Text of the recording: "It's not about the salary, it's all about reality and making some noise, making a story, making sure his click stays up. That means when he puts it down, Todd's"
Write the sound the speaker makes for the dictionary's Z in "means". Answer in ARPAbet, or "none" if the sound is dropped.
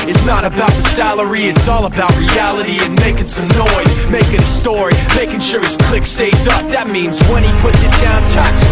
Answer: Z